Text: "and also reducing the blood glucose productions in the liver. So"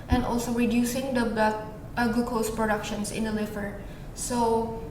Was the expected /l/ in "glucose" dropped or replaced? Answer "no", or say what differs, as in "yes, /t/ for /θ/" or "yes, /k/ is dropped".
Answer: yes, /l/ is dropped